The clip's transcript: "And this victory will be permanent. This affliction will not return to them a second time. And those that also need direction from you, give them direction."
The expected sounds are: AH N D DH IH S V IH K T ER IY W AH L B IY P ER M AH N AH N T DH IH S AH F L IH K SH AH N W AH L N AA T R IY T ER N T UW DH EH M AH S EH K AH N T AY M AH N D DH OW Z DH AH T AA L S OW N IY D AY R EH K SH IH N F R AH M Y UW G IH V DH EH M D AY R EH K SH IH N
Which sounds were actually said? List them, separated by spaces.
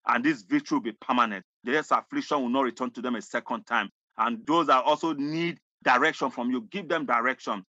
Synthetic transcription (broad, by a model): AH N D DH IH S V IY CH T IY W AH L B IY P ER M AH N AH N T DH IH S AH F L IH K SH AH N W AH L N AA T R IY T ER N T UW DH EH M AH S EH K AH N T AY M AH N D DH OW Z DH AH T AA L S OW N IY D AY R EH K SH IH N F R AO M Y UW G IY V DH EH M D AY R EH K SH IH N